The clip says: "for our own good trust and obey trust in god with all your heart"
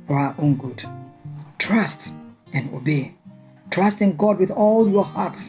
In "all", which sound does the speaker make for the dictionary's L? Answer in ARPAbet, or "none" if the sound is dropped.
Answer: L